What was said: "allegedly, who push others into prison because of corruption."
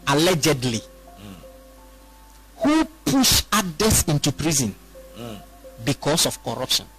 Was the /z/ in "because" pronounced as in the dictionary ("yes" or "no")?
no